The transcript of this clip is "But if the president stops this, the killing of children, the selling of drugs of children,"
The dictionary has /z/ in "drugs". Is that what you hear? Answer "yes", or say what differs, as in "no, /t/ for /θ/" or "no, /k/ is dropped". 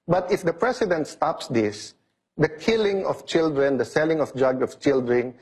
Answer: no, /z/ is dropped